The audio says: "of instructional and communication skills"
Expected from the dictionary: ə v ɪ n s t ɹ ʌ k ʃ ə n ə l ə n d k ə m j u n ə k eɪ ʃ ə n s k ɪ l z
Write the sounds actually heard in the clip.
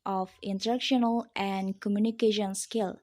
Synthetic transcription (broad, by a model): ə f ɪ n t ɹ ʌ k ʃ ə n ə l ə n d k ə m j u n ə k eɪ ʃ ə n s k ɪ l